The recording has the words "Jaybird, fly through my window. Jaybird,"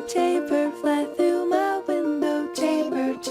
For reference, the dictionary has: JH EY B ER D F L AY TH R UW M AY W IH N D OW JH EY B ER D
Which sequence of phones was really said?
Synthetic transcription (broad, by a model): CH EY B ER F L AY TH R UW M AY W IH N D OW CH EY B ER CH